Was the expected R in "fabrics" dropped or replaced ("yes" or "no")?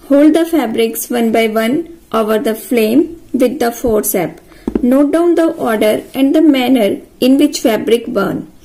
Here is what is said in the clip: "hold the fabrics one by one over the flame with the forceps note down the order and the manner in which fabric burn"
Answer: no